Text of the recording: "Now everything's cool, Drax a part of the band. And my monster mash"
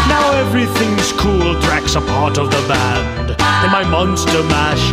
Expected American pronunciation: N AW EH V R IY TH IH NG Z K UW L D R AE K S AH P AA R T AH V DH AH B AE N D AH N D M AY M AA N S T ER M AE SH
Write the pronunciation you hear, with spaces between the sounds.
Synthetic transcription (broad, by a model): N AW EH V R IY TH IH NG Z K UW L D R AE K S AH P AA R T AH V DH AH B AE N D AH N M AY M AA N S T ER M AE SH